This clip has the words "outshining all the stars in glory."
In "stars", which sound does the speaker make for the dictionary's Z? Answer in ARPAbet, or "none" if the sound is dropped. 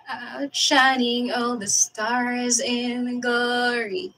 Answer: Z